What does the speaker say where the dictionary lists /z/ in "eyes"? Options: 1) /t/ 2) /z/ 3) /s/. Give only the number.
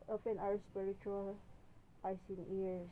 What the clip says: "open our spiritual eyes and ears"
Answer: 3